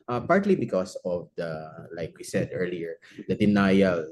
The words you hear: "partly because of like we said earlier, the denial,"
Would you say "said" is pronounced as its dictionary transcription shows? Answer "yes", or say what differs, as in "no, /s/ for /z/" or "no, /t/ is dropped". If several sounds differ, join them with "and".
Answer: yes